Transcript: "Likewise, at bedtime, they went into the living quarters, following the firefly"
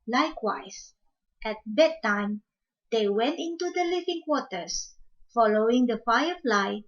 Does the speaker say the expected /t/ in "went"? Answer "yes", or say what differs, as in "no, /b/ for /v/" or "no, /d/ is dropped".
yes